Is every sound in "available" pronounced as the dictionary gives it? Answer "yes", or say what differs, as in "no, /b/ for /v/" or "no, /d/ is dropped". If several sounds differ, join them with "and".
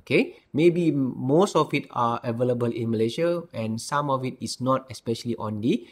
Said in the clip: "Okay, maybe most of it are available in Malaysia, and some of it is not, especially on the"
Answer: yes